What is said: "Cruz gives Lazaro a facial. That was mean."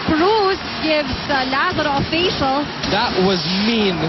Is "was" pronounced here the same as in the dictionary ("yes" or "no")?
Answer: yes